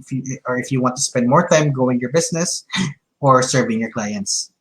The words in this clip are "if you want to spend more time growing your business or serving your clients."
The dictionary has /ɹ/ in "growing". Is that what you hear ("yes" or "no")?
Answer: no